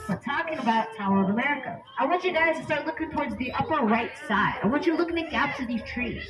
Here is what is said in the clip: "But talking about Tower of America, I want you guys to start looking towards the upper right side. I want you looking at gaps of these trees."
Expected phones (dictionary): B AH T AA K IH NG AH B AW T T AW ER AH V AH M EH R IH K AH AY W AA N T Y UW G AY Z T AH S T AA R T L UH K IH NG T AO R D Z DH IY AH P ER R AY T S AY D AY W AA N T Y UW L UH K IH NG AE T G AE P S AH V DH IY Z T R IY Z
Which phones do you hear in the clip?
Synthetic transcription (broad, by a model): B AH T AA K IH NG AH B AW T T AW ER AH V AH M EH R IH K AH AY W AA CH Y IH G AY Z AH S T AA R T L UH K IH NG T AO R D Z DH IY AH P ER R AY T S AY D AY W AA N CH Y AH L UH K IH NG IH G AE P S AH V DH IY Z T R IY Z